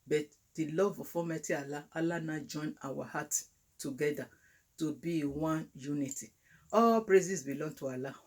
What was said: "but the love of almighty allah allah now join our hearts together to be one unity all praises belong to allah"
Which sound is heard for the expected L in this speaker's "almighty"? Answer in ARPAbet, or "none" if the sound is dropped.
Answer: none